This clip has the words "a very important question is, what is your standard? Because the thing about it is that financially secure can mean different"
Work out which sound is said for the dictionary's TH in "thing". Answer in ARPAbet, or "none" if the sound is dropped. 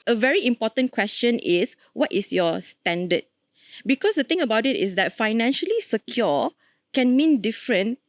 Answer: T